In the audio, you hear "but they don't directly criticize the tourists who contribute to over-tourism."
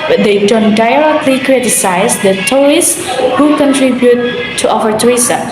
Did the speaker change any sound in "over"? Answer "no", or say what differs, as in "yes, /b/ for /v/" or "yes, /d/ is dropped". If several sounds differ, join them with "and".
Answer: yes, /f/ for /v/